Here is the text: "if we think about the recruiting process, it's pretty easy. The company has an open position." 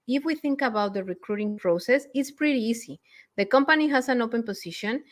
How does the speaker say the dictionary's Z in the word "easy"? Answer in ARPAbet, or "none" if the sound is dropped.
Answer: S